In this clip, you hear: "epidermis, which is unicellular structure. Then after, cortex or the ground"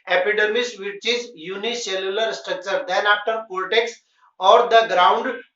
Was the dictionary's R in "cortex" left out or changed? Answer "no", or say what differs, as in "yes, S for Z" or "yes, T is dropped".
yes, L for R